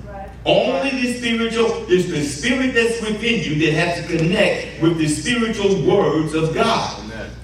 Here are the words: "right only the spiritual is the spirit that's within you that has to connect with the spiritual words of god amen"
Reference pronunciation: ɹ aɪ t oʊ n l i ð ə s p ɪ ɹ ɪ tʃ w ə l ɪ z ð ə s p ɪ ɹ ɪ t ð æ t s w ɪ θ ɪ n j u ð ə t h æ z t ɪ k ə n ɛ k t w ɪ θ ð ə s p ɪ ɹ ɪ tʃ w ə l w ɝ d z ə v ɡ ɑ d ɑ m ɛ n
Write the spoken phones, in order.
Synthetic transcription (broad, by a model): oʊ n l i ð ə s p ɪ ɹ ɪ tʃ l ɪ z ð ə s p ɪ ɹ ɪ t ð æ t s w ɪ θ ɪ n j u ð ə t h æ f t ɪ k ə n ɛ k t w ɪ ð ə s p ɪ ɹ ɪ tʃ l w ɝ d z ə v ɡ ɑ d